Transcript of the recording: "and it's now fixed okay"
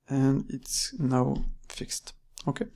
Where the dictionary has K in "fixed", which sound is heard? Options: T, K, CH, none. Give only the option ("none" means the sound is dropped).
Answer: K